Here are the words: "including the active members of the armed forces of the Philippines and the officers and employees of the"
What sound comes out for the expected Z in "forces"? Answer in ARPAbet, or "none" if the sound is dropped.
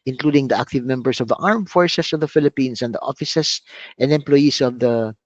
S